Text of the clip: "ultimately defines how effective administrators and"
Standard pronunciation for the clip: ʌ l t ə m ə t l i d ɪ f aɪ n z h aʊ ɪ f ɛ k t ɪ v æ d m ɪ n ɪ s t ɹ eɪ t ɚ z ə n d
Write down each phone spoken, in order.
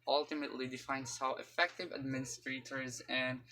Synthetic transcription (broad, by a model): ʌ l t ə m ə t l i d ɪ f aɪ n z h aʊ ɪ f ɛ k t ɪ v æ d m ɪ n ɪ s t ɹ eɪ t ɚ z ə n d